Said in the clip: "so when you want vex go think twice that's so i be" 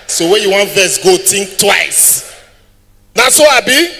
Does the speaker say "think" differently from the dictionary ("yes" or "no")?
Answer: yes